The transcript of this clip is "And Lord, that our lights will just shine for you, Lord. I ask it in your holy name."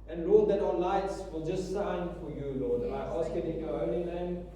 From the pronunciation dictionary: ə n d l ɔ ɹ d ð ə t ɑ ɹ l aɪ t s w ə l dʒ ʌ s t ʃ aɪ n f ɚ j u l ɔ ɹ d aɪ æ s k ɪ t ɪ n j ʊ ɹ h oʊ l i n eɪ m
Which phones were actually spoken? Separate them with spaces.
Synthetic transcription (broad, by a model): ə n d l ɔ d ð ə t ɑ l aɪ t s w ə l dʒ ʌ s t s aɪ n f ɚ j u l ɔ d aɪ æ s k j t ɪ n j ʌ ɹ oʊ l i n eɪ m